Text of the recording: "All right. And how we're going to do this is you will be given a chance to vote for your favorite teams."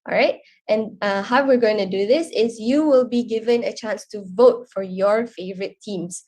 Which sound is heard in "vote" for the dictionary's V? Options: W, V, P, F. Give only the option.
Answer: V